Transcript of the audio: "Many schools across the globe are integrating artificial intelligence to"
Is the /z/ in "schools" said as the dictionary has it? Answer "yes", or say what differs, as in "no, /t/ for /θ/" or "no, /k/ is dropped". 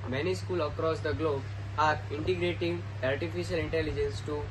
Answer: no, /z/ is dropped